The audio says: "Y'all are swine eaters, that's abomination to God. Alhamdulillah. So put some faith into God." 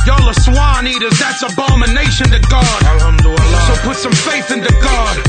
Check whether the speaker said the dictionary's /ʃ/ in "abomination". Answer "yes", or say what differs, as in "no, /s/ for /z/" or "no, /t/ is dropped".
yes